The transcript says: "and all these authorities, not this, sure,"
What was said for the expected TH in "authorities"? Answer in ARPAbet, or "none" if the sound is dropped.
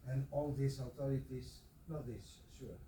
T